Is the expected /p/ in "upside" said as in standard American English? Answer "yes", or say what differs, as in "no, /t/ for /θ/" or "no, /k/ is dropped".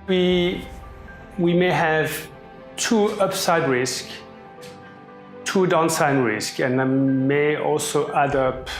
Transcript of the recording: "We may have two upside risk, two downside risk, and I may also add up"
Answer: yes